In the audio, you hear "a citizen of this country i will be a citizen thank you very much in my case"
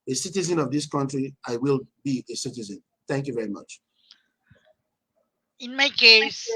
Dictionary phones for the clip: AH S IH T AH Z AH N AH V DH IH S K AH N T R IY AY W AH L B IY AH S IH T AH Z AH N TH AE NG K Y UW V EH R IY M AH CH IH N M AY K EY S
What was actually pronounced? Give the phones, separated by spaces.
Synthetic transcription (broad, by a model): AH S IH T AH Z AH N AH V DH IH S K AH N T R IY AY W AH L B IY AH S IH T AH Z AH N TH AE NG K Y UW V EH R IY M AH CH IH N M AY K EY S